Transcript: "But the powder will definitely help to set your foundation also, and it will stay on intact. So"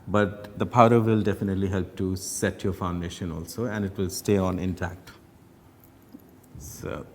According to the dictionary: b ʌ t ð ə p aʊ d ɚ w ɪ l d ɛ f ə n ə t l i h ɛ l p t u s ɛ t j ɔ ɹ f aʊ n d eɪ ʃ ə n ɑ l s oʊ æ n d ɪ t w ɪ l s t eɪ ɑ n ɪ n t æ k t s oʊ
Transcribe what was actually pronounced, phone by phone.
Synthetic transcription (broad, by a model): b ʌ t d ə p aʊ d ɚ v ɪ l d ɛ f ə n ə t l i h ɛ l p t u s ɛ t j ɔ ɹ f aʊ n d eɪ ʃ ə n ɑ l s oʊ æ n d ɪ t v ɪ l s t eɪ ɑ n ɪ n t æ k t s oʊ